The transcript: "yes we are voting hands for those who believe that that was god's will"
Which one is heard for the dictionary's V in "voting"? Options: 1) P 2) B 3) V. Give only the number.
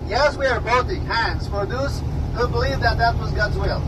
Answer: 2